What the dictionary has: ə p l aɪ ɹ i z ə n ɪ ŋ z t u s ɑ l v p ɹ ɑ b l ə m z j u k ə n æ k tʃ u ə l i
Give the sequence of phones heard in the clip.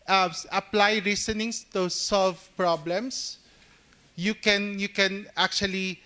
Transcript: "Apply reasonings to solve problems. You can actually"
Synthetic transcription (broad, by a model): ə p l aɪ ɹ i s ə n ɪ ŋ s t u s ɑ l v p ɹ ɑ b l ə m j j u k ə n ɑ k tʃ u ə l i